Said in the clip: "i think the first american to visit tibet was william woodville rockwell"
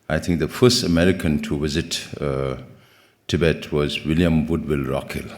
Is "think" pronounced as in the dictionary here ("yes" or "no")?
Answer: no